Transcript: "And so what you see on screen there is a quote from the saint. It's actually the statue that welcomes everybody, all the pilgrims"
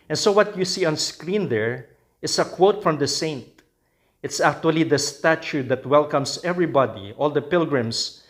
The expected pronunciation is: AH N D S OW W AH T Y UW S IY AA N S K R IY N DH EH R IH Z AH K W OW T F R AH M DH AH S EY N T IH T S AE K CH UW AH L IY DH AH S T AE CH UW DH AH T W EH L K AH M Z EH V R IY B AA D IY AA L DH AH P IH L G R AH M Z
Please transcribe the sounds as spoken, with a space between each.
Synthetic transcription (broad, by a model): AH N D S OW W AH T Y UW S IY AA N S K R IY N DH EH R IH S AH K W OW T F R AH M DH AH S EY N T IH T S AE K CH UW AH L IY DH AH S T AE CH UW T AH T W EH L K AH M S EH V R IY B AA D IY AA L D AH P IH L G R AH M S